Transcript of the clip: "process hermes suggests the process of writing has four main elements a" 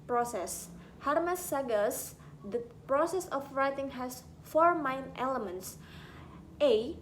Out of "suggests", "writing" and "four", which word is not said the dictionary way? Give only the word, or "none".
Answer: suggests